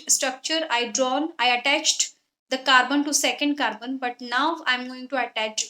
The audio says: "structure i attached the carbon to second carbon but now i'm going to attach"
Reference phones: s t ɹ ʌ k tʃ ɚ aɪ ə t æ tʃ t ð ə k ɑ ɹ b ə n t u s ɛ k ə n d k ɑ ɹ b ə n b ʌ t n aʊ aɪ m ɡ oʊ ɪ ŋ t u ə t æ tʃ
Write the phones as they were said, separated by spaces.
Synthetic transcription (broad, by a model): s t ɹ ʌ k tʃ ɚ aɪ ə t æ tʃ t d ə k ɑ ɹ b ə n t u s ɛ k ə n d k ɑ ɹ b ə n b ʌ t n aʊ aɪ m ɡ oʊ ɪ ŋ t u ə t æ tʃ